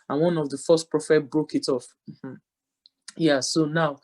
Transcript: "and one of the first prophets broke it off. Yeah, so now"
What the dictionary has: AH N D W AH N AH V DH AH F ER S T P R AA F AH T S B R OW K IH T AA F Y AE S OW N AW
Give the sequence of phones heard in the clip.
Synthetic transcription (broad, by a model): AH N W AH N AH V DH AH F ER S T P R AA F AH T B R OW K IH T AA F Y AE S OW N AW